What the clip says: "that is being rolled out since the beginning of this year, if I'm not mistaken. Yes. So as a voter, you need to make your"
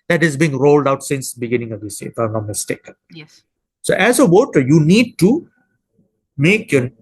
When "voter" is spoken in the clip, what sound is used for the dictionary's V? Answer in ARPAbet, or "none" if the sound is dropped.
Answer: W